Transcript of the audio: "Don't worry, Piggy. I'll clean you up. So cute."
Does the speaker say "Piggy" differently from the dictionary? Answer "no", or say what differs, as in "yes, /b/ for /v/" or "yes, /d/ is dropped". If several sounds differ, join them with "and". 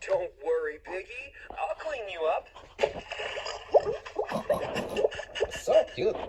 yes, /b/ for /p/